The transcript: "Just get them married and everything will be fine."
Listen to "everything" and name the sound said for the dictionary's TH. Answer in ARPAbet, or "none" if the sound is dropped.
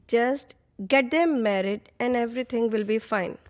T